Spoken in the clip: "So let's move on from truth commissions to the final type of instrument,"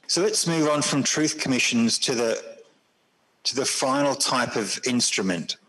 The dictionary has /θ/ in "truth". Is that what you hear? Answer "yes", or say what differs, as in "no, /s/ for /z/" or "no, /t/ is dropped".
yes